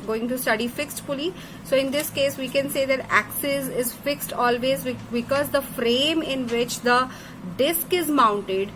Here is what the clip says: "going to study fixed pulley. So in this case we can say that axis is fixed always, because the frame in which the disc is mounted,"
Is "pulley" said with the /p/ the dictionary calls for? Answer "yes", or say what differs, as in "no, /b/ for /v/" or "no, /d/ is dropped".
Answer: no, /f/ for /p/